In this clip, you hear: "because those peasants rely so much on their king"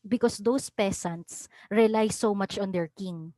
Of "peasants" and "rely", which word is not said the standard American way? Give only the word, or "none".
peasants